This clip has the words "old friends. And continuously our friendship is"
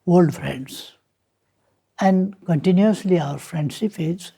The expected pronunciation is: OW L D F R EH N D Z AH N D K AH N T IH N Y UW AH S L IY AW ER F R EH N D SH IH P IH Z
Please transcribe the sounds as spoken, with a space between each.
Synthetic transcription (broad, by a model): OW L D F R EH N D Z AH N D K AH N T IH N Y UW AH S L IY AW ER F R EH N D S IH F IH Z